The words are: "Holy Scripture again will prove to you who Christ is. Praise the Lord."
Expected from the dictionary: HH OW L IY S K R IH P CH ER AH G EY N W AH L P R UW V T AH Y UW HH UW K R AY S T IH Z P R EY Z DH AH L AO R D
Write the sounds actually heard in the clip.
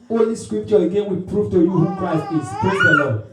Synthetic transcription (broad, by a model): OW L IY S K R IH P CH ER AH G EY N W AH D P R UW F T AH Y UW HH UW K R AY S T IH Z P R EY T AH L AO